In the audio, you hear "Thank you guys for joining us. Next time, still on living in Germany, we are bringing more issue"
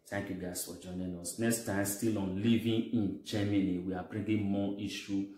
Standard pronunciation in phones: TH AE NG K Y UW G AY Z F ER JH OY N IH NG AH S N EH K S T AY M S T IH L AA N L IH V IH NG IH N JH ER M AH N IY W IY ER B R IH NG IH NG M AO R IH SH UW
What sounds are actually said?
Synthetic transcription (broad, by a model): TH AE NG K Y UW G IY S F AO JH OY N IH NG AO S N EH K S T AY M S T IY L AA N L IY V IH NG IH N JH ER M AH N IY W IY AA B R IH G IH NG M AO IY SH UW